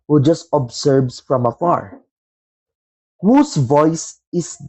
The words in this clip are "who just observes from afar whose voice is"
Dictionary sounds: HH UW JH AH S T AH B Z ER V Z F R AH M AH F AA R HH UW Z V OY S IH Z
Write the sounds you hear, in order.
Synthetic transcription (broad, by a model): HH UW JH AH S T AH B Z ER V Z F R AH M AH F AA R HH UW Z V OY S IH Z